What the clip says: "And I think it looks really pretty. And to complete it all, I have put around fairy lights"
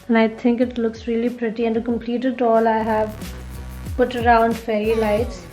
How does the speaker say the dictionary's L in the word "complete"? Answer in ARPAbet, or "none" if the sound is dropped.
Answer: L